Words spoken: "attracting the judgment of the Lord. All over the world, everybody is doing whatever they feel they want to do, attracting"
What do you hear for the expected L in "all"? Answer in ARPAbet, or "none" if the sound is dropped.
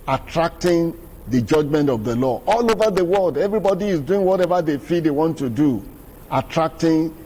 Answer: L